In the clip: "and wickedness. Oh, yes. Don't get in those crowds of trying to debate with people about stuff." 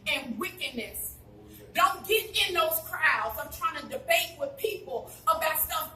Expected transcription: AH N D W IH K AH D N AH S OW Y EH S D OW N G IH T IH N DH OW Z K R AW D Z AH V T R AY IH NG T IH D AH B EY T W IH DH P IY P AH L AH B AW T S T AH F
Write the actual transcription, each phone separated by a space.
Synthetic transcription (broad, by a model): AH N W IH K AH D N AH S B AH D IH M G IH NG IH N DH OW Z K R AW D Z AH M T R AY IH NG T IH D AH B EY T W IH DH P IY P L AH B AW T S AH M